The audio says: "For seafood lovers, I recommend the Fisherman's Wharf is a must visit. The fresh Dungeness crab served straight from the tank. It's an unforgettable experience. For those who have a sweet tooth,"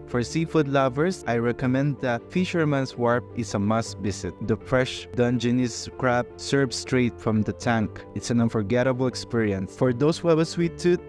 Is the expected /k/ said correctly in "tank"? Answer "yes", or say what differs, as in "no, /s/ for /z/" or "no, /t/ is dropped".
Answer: yes